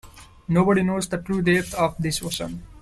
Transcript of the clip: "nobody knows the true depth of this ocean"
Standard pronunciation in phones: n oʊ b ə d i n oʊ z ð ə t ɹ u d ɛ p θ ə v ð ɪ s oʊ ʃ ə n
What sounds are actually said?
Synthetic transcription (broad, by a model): n oʊ b ə d i n oʊ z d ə t ɹ u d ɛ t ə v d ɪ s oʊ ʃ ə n